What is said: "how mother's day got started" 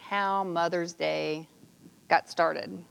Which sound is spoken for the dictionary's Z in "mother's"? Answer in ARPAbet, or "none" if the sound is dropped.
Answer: Z